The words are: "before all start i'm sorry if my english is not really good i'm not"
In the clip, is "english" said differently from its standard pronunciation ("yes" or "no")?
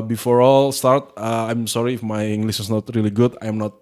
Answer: yes